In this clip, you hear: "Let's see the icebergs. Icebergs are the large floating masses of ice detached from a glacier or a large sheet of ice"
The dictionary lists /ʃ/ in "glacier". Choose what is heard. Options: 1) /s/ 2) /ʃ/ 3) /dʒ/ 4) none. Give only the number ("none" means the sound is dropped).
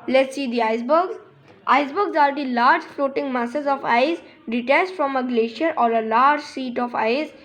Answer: 2